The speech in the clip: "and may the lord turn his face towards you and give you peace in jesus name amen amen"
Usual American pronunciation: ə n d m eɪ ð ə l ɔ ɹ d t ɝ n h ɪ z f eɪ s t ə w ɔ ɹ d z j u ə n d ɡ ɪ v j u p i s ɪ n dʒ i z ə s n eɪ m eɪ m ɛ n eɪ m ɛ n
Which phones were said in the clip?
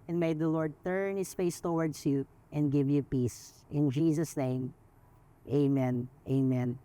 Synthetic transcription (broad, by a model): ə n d m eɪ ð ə l ɔ ɹ d t ɝ n h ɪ s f eɪ s t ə w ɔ ɹ d s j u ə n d ɡ ɪ v j u p i s ɪ n dʒ i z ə s n eɪ m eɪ m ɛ n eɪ m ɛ n